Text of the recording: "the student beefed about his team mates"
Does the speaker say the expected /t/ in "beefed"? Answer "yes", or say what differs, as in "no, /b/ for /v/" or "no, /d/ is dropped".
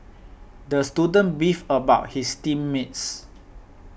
no, /t/ is dropped